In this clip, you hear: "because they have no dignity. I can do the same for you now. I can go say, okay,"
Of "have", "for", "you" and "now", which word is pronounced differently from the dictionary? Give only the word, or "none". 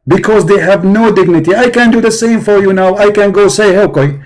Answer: none